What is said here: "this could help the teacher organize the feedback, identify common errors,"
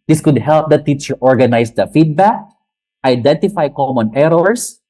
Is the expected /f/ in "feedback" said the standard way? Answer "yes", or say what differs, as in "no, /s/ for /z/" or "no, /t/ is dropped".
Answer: yes